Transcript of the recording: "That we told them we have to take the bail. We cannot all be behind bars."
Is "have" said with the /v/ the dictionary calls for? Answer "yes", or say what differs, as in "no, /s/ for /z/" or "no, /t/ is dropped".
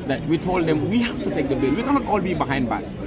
no, /f/ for /v/